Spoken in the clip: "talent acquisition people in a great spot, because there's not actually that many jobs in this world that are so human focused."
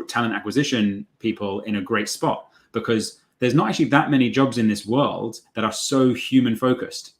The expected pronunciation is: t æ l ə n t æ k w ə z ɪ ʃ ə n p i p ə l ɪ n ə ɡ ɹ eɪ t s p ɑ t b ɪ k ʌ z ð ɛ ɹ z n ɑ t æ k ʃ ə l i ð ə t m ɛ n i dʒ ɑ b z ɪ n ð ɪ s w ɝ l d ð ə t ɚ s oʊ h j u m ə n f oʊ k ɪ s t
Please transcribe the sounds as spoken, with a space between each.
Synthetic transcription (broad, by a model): t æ l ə n t æ k w ə z ɪ ʃ ə n p i p ə l ɪ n ə ɡ ɹ eɪ t s p ɑ t b ɪ k ʌ z ð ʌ ɹ z n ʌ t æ k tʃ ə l i ð ə t m ɛ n i dʒ ɑ b z ɪ n ð ɪ s w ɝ l d ð ə t ɚ s oʊ h j u m ə n f oʊ k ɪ s t